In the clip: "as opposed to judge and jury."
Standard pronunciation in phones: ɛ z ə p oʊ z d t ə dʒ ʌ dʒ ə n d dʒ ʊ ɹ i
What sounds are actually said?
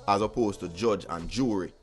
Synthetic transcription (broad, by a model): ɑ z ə p oʊ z t ə dʒ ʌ dʒ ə n dʒ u ɹ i